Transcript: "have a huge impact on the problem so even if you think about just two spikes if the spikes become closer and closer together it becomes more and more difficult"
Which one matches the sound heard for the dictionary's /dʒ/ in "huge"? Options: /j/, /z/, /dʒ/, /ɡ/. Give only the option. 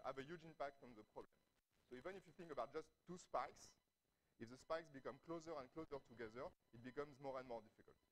/dʒ/